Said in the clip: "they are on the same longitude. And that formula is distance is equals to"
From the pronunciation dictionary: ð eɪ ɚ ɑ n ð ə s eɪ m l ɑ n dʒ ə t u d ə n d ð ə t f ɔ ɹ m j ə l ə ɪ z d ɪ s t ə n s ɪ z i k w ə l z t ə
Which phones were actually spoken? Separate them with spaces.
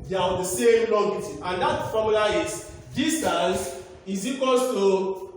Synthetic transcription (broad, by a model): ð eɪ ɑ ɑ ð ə s eɪ m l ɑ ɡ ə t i ə n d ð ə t f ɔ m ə l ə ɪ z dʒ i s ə s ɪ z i k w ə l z t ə